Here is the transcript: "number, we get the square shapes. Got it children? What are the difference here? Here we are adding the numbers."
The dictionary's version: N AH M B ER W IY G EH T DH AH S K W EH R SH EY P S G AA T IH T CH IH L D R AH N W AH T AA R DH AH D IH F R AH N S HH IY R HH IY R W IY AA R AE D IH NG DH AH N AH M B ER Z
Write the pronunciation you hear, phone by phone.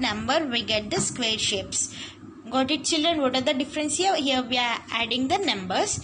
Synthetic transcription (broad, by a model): N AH M B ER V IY G EH T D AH S K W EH R SH EY P S G AA T IH T CH IH L D R AH N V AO T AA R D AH D IH F R AH N S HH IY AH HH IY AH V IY AA R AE D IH NG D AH N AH M B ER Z